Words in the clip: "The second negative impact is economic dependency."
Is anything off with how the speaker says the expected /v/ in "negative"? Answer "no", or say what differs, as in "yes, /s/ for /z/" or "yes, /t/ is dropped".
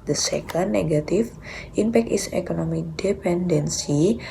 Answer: yes, /f/ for /v/